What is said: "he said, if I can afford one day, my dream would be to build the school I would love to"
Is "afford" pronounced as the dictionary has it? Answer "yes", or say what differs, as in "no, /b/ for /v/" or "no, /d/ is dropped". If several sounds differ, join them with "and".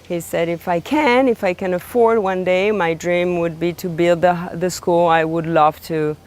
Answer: yes